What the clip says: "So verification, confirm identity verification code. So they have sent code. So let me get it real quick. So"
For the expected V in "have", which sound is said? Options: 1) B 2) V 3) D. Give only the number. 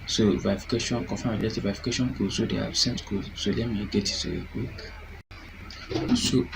1